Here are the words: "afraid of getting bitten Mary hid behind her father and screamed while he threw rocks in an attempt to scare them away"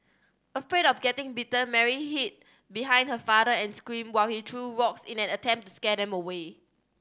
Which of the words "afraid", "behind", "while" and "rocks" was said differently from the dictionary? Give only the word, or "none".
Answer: rocks